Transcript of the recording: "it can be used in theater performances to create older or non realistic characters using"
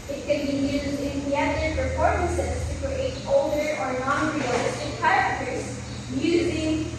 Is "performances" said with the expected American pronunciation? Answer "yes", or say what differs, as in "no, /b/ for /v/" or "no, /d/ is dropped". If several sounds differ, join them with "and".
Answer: no, /p/ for /f/